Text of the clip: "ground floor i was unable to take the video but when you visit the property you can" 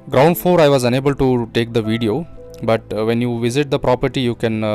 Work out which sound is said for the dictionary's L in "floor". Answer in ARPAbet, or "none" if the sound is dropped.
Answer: none